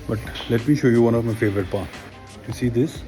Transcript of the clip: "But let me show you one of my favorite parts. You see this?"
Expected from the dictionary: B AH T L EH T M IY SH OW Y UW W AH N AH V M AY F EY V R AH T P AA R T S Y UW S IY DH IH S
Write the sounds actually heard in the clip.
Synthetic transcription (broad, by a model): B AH T L EH T M IY SH OW Y UW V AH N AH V M AY F EY V R AH T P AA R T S Y UW S IY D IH S